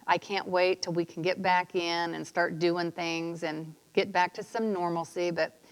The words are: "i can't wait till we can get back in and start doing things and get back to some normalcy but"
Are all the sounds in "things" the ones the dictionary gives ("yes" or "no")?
yes